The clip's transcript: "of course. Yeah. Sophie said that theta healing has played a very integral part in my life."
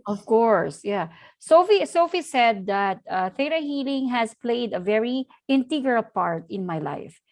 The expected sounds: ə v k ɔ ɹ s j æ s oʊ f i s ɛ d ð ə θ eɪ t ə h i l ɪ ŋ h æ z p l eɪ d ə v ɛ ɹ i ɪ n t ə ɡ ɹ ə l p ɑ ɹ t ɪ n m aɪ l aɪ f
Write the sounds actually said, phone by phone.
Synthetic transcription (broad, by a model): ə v k ɔ ɹ s j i s oʊ f i s ɛ d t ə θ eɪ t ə h i l ɪ ŋ h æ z p l eɪ d ə v ɛ ɹ i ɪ n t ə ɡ ə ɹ p ɑ ɹ t ɪ n m aɪ l aɪ f